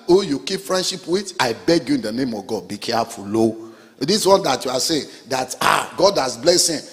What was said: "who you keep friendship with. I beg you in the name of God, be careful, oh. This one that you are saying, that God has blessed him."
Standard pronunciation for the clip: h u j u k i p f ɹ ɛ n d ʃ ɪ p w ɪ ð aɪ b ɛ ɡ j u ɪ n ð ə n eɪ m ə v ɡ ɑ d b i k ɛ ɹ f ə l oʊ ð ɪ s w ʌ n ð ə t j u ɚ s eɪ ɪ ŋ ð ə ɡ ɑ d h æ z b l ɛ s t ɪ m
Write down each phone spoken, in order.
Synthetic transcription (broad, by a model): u j u k i p f ɹ ɛ n d ʃ ɪ p w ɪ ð aɪ b ɛ ɡ j u ɪ n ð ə n eɪ m ə v ɡ ɑ d b i k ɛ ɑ f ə l oʊ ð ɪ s w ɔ n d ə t j u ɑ s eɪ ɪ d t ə ɡ ɑ d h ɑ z b l ɛ s ɪ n